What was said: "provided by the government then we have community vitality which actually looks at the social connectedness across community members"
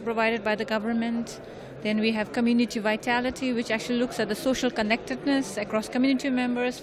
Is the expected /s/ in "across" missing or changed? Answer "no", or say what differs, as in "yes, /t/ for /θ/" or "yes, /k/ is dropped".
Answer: no